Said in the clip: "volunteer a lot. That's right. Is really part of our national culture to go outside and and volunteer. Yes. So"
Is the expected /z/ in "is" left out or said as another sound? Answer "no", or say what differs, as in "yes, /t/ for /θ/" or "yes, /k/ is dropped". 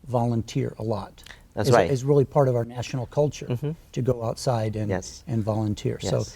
no